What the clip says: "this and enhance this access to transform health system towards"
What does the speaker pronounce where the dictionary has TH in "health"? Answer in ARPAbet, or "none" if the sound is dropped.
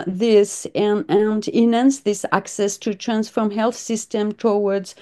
TH